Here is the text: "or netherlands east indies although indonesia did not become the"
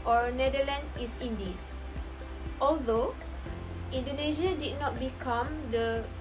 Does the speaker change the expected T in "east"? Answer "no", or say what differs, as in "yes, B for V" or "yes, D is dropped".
yes, T is dropped